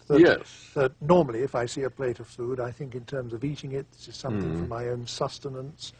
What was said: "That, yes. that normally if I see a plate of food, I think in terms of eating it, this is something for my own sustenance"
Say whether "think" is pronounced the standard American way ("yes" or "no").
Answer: yes